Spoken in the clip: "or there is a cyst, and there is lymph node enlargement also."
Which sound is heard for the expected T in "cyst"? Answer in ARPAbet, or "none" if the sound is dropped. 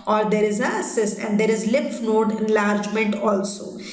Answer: none